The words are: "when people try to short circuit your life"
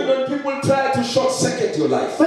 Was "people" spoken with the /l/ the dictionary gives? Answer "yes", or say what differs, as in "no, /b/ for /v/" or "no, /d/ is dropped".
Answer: yes